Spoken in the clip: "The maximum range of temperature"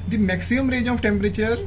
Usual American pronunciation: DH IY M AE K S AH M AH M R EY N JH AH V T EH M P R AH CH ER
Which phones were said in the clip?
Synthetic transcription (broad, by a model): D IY M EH K S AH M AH M R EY JH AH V T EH M P R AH CH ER